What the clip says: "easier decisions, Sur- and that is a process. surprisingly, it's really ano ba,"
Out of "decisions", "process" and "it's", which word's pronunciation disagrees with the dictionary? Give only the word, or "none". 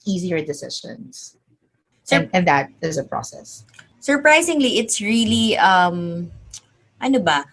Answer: decisions